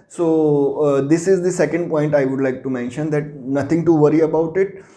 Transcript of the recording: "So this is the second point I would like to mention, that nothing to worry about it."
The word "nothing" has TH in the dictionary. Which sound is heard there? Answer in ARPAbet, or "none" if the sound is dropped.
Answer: T